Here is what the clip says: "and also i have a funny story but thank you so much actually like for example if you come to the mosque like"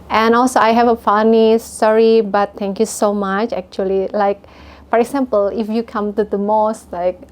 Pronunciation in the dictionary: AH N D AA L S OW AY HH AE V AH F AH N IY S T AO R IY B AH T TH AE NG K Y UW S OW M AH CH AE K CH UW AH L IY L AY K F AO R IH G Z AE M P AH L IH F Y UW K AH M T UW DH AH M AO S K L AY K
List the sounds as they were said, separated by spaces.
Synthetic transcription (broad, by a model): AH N AA L S OW AY HH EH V AH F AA N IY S S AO R IY B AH T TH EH NG K Y UW S OW M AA CH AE K CH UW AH L IY L AY K F AO R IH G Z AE M P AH L IH F Y UW K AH M T UW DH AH M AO S L AY K